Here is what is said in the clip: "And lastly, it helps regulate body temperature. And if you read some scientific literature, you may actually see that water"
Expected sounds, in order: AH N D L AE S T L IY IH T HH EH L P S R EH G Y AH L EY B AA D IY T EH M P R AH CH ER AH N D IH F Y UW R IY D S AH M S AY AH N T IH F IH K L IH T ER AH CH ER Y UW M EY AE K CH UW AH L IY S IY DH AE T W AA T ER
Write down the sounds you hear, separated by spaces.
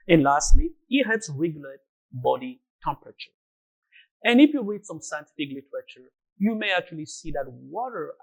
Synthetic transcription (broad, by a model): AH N L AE S T L IY IH T HH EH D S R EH G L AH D B AA D IY T EH M P R AH CH ER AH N IH F Y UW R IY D S AH M S AY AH N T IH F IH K L IH T ER AH CH ER Y UW M EY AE K CH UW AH L IY S IY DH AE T W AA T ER